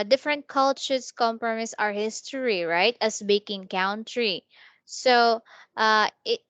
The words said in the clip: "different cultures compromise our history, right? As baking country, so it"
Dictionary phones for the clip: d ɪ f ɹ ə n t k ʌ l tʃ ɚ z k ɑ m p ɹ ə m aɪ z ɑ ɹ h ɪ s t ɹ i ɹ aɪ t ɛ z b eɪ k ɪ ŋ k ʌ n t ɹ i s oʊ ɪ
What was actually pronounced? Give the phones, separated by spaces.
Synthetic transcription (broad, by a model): d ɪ f ɹ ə n t k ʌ l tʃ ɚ s k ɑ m p ɹ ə m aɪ s ɑ ɹ h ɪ s t ɹ i ɹ aɪ t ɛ s b eɪ k ɪ ŋ k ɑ n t ɹ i s oʊ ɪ